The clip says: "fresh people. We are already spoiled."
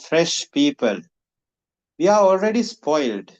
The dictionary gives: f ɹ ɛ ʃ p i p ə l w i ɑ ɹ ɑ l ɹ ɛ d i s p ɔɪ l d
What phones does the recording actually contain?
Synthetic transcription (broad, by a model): f ɹ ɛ ʃ p i p ə l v i ɑ ɹ ɑ l ɹ ɛ d i s p ɔɪ l d